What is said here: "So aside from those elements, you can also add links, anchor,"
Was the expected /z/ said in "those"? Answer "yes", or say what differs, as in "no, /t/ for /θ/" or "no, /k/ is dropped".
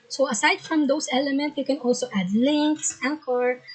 no, /s/ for /z/